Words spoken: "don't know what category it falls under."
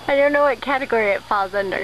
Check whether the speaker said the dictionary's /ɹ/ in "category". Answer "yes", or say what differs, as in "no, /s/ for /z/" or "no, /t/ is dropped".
yes